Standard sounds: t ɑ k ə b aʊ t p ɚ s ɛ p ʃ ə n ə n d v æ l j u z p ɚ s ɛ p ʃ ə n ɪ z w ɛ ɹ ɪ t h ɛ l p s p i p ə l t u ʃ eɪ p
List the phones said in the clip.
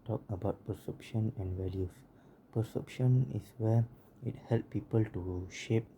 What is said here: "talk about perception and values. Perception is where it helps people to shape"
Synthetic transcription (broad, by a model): t ɑ k ə b aʊ t p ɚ s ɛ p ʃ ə n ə n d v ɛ l j u s p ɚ s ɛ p ʃ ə n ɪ s w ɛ ɪ t h ɛ l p p i p ə l t u ʃ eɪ p